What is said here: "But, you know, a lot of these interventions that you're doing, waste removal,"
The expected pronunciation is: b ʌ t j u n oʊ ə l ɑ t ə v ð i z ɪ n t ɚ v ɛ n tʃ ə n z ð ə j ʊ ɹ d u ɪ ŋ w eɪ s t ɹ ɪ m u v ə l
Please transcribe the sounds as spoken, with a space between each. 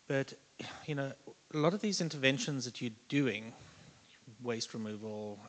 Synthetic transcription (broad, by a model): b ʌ t j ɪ n oʊ ə l ɑ t ə v ð i z ɪ n t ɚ v ɛ n ʃ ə n z ð ə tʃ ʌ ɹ d u ɪ ŋ w eɪ s t ɹ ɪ m u v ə l